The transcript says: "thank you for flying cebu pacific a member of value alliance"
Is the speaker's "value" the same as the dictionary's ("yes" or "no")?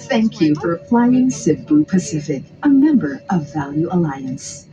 yes